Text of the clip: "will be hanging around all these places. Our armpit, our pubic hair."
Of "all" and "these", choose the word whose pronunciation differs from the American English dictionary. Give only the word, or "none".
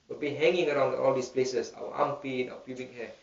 these